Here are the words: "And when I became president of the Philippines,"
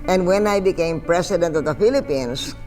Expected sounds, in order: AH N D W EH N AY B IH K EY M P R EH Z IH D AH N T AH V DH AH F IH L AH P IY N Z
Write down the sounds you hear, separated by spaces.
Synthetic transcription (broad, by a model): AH N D W EH N AY B IH K EY M P R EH S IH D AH N T AH V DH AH F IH L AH P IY N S